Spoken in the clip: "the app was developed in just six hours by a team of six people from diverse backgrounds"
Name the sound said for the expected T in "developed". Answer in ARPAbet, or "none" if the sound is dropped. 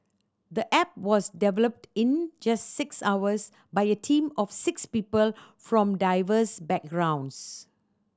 T